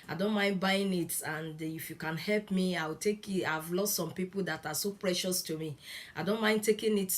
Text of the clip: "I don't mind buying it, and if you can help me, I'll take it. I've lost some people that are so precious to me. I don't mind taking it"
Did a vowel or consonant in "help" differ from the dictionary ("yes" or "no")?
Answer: no